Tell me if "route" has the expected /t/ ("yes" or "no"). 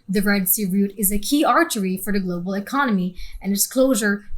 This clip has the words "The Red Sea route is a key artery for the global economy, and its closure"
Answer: yes